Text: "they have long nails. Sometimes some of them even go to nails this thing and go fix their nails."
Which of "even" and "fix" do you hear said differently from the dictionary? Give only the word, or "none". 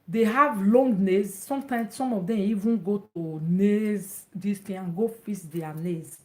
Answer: fix